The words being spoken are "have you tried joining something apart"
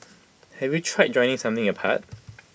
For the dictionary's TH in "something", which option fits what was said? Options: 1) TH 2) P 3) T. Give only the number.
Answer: 1